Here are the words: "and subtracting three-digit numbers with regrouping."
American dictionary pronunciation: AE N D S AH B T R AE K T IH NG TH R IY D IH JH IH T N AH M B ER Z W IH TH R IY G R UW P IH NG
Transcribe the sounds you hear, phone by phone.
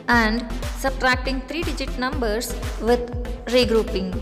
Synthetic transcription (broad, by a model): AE N D S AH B T R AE K T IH NG T R IY D IH JH IH T N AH M B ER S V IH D R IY G R UW P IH NG